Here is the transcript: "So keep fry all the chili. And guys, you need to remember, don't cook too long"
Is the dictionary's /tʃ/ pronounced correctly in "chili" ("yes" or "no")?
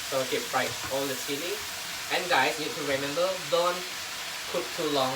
no